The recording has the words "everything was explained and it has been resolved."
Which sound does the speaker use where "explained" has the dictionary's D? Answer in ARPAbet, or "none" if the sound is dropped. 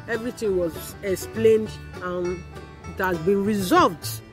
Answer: D